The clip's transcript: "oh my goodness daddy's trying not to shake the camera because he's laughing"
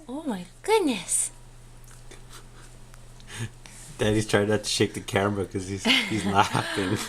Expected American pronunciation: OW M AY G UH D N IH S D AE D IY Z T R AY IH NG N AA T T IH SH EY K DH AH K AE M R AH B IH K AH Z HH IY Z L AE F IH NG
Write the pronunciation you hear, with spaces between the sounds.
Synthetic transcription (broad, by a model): OW M AY G UH D N IH S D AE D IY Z T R AY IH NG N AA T T IH SH EY K DH AH K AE R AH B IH K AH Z HH IY Z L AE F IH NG